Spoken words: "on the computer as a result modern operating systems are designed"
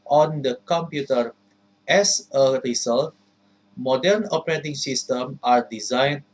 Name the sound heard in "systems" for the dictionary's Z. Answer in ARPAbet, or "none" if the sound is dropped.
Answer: none